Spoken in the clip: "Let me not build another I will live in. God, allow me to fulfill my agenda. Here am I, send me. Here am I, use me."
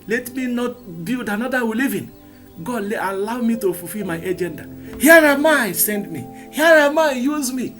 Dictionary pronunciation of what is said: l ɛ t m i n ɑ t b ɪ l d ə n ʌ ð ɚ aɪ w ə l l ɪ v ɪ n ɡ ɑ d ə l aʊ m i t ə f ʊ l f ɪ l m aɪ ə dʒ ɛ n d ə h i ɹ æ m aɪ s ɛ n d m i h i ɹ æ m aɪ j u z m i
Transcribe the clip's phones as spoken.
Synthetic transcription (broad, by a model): l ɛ t m i n ɑ t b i d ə n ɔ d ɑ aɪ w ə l l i v ɪ n ɡ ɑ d ə l aʊ m i t ə f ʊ f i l m aɪ ə dʒ ɛ n d ə h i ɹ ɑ m aɪ s ɛ n d m i h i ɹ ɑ m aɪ j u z m i